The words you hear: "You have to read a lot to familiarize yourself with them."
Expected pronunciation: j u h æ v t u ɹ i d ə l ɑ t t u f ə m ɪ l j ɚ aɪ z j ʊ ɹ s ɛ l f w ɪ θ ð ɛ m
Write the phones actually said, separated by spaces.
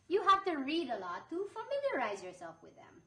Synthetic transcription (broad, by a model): j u h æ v t u ɹ i d ə l ɑ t t u f ə m ɪ l j ɚ aɪ z j ʊ ɹ s ɛ l f w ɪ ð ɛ m